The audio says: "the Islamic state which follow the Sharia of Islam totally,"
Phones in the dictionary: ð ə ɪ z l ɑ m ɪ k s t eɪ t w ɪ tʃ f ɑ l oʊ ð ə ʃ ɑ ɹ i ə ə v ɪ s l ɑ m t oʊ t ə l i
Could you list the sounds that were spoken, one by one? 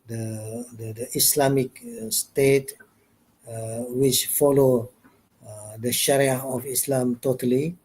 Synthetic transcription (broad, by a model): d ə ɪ s l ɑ m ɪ k s t eɪ t w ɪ tʃ f ɑ l oʊ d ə ʃ ɑ ɹ i ə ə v ɪ s l ɑ m t oʊ t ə l i